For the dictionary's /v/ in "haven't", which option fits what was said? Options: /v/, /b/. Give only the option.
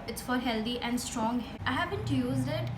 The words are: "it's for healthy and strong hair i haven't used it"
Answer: /b/